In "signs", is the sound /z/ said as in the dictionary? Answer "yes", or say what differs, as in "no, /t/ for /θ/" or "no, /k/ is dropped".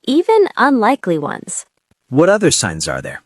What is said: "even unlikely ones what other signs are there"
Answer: yes